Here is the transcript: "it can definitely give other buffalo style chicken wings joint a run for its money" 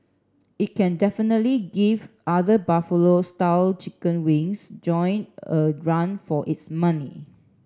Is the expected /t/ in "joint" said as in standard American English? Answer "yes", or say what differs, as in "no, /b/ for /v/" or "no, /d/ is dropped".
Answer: no, /t/ is dropped